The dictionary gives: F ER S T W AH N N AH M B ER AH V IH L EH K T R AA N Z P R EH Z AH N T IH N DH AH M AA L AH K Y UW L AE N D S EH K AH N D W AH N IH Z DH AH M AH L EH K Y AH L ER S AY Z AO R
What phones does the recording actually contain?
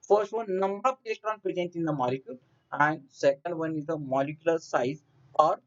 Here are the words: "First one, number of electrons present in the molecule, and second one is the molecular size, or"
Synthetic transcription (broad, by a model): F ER S T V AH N N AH M B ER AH P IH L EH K T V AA N P R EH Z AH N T IH N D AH M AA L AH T Y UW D AE N D S EH K AH N D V AH N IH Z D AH M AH L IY K Y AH L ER S AY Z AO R